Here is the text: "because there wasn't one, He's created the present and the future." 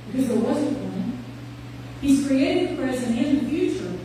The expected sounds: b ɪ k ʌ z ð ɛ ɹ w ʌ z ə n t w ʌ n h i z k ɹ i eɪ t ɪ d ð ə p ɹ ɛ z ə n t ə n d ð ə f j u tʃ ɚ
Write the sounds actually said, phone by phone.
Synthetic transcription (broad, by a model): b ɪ k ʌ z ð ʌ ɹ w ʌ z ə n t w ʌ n h i z k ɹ i eɪ t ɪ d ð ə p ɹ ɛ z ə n ə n ð ə f j u tʃ ɚ